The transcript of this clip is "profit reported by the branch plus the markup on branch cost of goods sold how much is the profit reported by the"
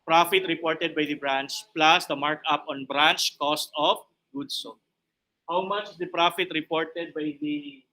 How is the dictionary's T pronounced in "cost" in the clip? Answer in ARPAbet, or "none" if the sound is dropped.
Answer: T